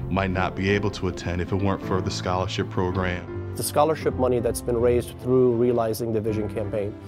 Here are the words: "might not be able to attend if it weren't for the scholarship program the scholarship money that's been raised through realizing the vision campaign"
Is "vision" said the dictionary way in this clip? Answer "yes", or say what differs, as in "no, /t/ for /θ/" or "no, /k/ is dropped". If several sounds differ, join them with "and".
yes